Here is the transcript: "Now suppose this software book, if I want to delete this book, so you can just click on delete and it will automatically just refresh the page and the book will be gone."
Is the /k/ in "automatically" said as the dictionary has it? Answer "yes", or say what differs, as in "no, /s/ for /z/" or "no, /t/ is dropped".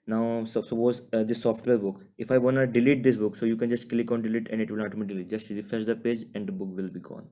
no, /k/ is dropped